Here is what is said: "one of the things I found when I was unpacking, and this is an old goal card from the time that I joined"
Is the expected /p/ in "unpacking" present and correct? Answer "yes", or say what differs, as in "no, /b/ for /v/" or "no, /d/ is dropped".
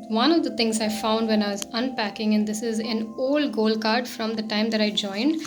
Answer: yes